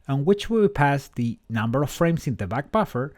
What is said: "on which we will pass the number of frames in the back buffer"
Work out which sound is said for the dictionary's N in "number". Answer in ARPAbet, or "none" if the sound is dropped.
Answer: N